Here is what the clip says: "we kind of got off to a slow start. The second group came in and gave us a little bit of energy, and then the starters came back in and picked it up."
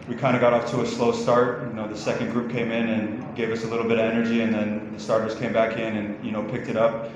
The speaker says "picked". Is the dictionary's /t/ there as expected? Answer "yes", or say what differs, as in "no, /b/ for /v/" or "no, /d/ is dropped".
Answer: yes